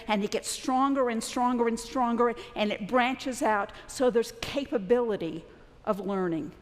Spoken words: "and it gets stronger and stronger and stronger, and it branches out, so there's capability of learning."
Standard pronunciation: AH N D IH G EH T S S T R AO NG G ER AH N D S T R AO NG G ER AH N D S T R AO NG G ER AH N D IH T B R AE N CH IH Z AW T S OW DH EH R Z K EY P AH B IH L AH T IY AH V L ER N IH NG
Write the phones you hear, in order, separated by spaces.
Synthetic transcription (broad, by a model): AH N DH IH G EH T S S T R AO NG G ER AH N S T R AO NG G ER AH N S T R AO NG G ER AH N IH T B R AE N CH IH Z AW T S OW DH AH R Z K EY P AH B IH L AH T IY AH V L ER N IH NG